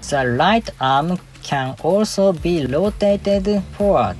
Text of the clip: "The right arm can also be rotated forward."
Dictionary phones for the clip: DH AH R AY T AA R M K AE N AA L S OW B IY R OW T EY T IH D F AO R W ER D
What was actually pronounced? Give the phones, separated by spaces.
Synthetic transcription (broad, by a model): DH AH L AY T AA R M K AE N AA L S OW B IY L OW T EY T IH D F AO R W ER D